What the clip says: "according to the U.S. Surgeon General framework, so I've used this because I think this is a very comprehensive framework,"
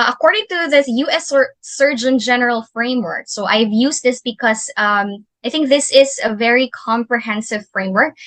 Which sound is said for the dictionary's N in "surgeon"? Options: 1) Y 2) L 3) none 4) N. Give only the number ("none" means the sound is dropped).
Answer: 4